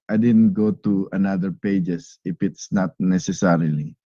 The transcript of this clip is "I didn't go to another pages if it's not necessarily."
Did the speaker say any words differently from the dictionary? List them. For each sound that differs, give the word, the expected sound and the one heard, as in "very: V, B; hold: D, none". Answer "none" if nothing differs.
pages: Z, S